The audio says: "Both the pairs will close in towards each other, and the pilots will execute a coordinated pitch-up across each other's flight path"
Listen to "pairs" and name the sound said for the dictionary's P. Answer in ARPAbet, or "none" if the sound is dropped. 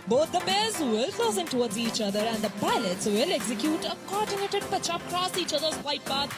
B